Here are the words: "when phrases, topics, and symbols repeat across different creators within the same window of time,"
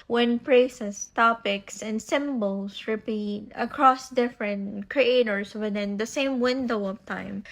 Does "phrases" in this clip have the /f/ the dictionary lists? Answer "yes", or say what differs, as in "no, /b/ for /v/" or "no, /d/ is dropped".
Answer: no, /p/ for /f/